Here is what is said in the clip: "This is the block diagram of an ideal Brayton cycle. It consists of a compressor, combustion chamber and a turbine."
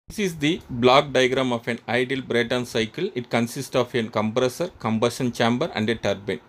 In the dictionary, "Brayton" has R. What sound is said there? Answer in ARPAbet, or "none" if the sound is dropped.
R